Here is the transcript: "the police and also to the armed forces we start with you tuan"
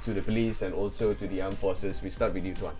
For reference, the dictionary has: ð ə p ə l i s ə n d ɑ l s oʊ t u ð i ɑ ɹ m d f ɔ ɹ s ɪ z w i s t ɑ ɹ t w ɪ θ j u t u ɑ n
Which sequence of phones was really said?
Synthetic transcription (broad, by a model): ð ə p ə l i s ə n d ɑ l s oʊ t u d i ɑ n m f ɔ s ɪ s w i s t ɑ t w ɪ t j u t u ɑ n